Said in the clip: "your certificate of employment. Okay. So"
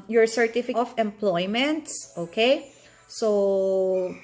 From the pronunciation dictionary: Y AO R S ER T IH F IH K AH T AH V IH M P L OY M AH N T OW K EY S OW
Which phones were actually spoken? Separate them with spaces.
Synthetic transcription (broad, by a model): Y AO R S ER T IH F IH AH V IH M P L OY M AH N T OW K EY S OW